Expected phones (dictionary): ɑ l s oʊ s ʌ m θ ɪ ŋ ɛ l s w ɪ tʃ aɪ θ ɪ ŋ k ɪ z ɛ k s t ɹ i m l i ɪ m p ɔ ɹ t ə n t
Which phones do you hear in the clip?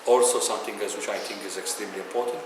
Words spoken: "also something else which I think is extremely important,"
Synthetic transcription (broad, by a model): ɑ l s oʊ s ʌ m t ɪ ŋ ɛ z w ɪ tʃ aɪ t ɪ ŋ k ɪ z ɛ k s t ɹ i m l i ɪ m p ɔ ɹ t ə n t